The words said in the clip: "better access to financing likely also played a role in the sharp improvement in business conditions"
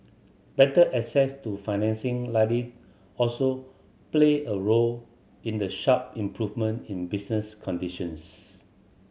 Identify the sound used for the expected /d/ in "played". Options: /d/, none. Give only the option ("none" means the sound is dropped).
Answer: none